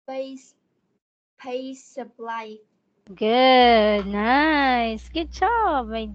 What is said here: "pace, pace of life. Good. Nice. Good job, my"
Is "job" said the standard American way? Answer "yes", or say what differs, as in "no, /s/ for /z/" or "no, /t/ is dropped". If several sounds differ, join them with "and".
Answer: no, /tʃ/ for /dʒ/